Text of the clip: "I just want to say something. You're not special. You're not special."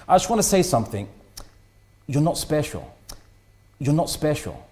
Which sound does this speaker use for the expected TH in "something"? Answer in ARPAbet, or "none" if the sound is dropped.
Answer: TH